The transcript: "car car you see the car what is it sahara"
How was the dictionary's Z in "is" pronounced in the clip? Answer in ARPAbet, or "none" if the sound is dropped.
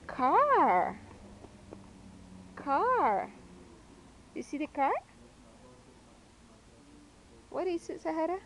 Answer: S